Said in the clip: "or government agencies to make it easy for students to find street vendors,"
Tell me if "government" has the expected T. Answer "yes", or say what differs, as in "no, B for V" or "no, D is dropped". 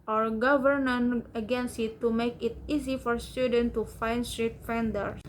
no, T is dropped